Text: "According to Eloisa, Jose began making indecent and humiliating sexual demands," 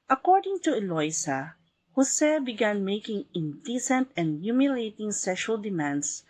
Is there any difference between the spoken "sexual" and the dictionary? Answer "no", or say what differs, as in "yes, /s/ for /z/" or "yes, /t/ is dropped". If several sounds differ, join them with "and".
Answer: no